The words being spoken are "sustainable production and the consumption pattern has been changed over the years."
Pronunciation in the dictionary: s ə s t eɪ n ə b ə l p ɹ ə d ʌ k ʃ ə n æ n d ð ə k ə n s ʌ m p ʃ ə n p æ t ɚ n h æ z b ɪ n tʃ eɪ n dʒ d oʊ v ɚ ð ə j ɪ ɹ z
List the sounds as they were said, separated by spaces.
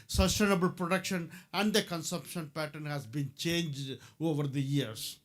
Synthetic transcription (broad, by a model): s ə s t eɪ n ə b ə l p ɹ ə d ʌ k ʃ ə n æ n d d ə k ə n s ʌ m p ʃ ə n p æ t ɚ n h æ z b ɪ n tʃ eɪ n dʒ d oʊ v ɚ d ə j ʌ ɹ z